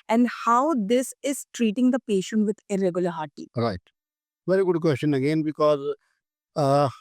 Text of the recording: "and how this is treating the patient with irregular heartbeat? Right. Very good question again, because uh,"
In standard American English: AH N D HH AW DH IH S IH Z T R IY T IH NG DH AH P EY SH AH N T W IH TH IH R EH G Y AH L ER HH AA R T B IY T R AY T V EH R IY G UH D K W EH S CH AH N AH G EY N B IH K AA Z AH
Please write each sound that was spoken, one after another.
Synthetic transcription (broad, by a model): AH N D HH AW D IH S IH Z T R IY T IH NG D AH P EY SH AH N T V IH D IH R EH G Y AH L ER HH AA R T IY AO R AY T V EH R IY G UH D K W EH S CH AH N AH G EY N B IH K AA Z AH